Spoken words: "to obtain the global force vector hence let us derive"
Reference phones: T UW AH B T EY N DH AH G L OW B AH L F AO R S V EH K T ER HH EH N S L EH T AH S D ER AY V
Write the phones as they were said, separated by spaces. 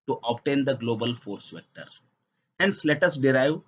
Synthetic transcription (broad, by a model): T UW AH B T EY N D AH G L OW B AH L F AO R S V EH K T ER HH EH N S L EH T AH S D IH AY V